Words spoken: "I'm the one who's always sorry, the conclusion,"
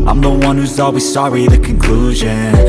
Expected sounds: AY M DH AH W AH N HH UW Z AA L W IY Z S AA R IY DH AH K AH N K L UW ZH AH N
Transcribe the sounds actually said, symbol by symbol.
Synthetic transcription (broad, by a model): AY M DH AH W AH N HH UW Z AA L W IY Z S AA R IY DH AH K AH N K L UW ZH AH N